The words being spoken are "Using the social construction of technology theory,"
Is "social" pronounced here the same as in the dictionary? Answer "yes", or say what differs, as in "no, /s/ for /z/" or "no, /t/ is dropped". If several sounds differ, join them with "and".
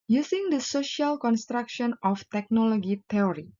yes